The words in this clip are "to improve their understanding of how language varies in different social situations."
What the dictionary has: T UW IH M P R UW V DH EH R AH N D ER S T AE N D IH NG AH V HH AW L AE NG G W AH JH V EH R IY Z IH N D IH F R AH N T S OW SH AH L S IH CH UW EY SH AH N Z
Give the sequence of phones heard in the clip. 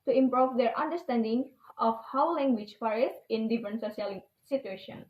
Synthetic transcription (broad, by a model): T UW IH M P R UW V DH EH R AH N D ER S T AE N D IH NG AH F HH AW L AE NG G W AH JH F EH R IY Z IH N D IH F R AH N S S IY AH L S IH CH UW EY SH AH N